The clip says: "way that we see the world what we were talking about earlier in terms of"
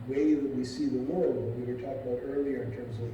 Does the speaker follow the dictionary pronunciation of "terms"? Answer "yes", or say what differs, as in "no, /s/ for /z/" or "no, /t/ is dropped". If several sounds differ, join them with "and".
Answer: yes